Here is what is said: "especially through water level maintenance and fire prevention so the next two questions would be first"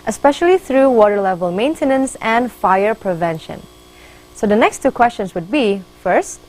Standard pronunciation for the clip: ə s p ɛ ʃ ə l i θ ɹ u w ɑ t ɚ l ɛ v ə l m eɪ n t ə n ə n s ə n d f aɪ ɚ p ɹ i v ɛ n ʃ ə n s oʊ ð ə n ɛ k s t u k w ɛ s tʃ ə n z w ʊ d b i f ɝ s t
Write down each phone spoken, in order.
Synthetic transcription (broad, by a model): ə s p ɛ ʃ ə l i θ ɹ u w ɑ t ɚ l ɛ v ə l m eɪ n t ə n ə n s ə n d f aɪ ɚ p ɹ i v ɛ n ʃ ə n s oʊ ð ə n ɛ k s t u k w ɛ s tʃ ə n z w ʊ d b i f ɝ s t